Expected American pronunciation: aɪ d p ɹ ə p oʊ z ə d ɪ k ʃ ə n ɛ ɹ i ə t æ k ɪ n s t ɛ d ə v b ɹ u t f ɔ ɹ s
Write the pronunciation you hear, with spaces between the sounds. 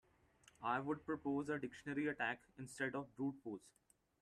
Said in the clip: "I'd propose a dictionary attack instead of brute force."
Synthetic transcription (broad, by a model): aɪ d p ɹ ə p oʊ z ə d ɪ k ʃ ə n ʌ ɹ i ə t æ k ɪ n s t ɛ d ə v b ɹ u t p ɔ l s